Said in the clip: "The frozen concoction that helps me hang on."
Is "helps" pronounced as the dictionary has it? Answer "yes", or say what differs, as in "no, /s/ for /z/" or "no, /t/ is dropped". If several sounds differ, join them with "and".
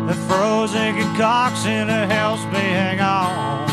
no, /p/ is dropped